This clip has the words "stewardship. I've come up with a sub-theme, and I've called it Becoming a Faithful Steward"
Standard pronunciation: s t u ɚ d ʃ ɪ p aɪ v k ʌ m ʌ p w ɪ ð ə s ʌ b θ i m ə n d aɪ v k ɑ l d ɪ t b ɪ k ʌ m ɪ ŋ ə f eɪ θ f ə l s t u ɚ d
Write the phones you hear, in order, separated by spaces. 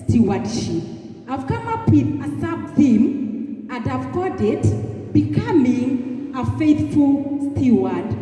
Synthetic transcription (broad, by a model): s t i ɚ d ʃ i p aɪ v k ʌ m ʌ p w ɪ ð ə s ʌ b θ i m ə n d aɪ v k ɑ d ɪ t b ɪ k ʌ m ɪ ŋ ə f eɪ θ f ə l s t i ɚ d